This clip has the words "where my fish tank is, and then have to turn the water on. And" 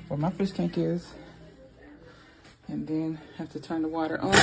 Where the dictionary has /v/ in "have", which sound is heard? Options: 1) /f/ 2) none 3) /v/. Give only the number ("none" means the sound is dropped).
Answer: 1